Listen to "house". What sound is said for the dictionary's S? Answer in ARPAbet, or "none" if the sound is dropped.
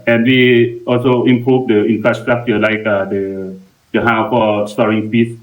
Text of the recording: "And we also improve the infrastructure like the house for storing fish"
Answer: none